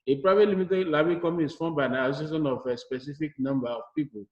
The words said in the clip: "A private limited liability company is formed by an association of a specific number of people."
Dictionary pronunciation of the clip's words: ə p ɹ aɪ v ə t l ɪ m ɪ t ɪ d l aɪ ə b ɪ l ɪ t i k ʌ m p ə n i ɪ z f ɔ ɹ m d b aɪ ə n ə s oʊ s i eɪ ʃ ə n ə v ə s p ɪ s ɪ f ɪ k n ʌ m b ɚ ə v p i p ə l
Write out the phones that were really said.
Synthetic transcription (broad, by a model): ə p ɹ aɪ v ə t l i m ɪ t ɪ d l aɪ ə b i k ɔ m ə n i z f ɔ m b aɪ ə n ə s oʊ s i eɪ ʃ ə n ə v ə s p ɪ s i f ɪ k n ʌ m b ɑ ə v p i p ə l